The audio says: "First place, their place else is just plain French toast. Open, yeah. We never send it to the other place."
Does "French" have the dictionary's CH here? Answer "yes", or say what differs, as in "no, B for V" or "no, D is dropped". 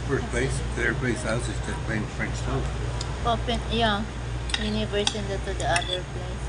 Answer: no, S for CH